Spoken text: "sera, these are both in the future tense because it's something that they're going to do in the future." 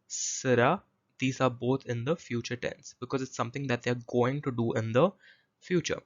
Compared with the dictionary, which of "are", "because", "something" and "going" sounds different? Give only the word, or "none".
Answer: something